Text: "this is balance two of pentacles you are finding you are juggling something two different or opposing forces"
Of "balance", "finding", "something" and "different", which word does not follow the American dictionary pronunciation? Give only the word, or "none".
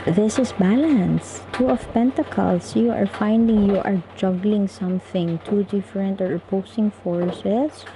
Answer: none